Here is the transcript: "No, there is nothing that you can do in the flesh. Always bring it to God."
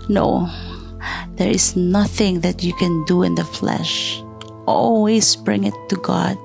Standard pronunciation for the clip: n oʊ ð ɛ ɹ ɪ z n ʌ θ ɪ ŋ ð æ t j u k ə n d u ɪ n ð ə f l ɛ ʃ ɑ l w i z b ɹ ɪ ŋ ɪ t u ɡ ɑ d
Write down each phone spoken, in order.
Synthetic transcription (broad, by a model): n oʊ ð ɛ ɹ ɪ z n ʌ θ ɪ ŋ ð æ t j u k ə n d u ɪ n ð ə f l ɛ ʃ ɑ l w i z b ɹ ɪ ŋ ɪ t u ɡ ɑ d